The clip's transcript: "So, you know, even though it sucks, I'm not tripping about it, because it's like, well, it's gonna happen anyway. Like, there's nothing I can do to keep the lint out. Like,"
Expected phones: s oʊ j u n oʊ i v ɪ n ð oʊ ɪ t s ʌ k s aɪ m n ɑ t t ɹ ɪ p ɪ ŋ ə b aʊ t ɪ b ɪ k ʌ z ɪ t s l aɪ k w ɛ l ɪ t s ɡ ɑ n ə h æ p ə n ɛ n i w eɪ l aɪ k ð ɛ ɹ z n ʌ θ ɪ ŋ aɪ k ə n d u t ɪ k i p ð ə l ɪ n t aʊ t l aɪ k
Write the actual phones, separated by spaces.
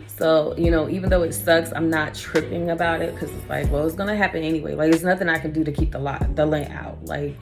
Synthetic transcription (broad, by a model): s oʊ j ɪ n oʊ i v ɪ n ð oʊ ɪ t s ʌ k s aɪ m n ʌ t t ɹ ɪ p ɪ ŋ ə b aʊ t ɪ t k ʌ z ɪ t s l aɪ k w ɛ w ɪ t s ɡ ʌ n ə h æ p ə n ɛ n i w eɪ l aɪ k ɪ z n ʌ θ ɪ ŋ aɪ k ə n d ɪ t ɪ k i p ð ə l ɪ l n aʊ t l aɪ k